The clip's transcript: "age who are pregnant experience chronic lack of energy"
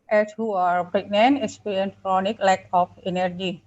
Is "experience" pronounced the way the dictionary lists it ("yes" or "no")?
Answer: no